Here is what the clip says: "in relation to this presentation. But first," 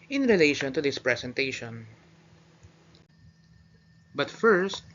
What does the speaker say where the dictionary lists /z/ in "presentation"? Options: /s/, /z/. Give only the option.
/s/